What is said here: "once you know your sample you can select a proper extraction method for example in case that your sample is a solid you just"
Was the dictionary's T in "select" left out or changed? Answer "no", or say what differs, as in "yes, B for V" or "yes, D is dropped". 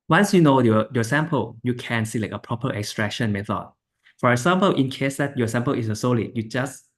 yes, T is dropped